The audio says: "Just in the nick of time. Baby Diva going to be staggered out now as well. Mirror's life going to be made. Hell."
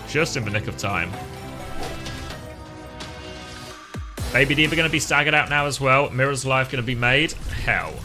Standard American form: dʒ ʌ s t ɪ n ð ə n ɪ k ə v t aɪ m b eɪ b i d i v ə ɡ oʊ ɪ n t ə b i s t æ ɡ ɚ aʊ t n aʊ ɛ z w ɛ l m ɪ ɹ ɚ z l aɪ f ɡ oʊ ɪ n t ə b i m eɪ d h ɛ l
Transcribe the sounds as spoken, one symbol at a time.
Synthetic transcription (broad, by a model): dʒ ʌ s t ɪ n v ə n ɪ k ə v t aɪ m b eɪ b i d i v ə ɡ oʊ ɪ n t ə b i s t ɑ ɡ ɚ aʊ t n aʊ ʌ z w ɛ l m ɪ ɹ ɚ z l aɪ f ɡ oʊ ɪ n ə b i m eɪ d h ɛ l